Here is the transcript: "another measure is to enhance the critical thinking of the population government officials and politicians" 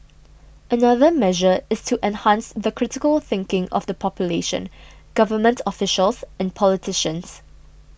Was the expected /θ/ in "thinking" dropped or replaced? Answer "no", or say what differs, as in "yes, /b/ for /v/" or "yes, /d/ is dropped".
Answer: no